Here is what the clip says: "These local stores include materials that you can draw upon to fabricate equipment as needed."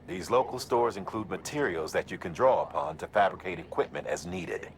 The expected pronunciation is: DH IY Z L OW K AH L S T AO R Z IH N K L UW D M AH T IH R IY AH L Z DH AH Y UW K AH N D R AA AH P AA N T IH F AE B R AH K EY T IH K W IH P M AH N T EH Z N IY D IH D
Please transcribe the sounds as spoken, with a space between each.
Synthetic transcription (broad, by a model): DH IY Z L OW K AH L S T AO R Z IH N K L UW D M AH T IH R IY L Z DH AH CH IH K AH N D R AA AH P AA N T IH F AE B R AH K EY T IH K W IH P M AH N T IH Z N IY D IH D